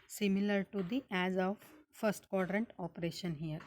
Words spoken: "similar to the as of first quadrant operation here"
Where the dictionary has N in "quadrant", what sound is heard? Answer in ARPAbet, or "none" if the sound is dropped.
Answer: N